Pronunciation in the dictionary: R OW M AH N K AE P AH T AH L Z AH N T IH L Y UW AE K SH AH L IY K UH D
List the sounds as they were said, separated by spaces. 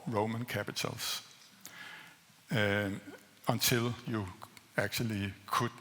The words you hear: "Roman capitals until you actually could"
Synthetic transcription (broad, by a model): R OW M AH N K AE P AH S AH L S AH N S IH L Y UW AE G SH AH L IY K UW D